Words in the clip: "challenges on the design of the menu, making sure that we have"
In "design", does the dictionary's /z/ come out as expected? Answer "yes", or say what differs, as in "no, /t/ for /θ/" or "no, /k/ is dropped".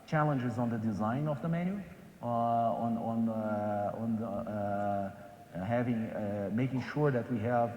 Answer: yes